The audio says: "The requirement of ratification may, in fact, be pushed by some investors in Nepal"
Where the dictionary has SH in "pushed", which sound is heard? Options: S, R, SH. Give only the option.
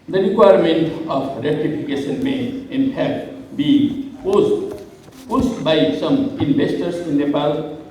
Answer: S